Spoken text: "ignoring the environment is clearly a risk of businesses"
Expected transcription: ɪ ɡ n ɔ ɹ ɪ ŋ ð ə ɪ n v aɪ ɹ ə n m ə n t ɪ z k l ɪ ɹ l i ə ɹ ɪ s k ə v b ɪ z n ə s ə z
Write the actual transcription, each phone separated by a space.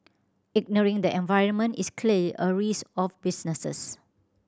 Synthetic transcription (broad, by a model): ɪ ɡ n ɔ ɹ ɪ ŋ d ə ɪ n v aɪ ɹ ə n m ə n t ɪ s k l l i ə ɹ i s ə f b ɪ s n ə s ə s